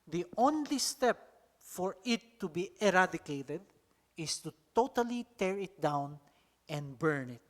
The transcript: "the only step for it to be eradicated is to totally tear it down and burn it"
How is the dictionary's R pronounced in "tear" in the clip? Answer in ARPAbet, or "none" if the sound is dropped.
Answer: R